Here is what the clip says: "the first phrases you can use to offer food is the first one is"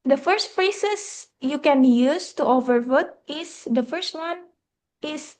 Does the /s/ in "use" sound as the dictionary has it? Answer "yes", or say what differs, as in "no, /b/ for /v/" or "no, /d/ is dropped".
yes